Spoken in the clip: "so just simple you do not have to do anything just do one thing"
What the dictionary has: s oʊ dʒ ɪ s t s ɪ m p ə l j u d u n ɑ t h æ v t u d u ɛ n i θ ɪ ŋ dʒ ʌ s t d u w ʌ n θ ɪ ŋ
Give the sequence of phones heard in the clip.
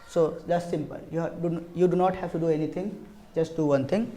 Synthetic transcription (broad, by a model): s oʊ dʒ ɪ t s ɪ m p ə l j u d u n ɑ t h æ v t u d u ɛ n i t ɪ ŋ dʒ ʌ s t d u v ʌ n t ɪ ŋ